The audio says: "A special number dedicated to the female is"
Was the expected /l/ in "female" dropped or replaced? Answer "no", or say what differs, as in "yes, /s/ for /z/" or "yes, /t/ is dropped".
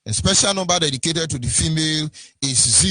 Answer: no